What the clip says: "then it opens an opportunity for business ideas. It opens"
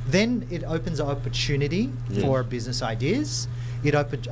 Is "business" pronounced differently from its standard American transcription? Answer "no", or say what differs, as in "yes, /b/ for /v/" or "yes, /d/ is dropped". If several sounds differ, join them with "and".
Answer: no